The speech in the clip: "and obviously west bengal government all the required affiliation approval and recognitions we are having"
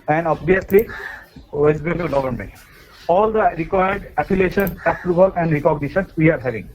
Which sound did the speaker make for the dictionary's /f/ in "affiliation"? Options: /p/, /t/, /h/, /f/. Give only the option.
/p/